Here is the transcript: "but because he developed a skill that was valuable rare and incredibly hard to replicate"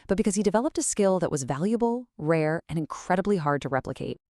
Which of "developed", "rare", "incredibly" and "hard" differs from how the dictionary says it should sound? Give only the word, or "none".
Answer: none